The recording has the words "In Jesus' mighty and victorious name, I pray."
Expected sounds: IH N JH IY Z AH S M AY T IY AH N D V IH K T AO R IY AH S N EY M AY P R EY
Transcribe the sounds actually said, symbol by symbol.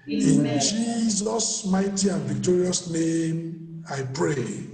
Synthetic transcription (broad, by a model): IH N JH IY Z AH S M AY T IY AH N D V IH K T AO R IY AH S N EY M AY P R EY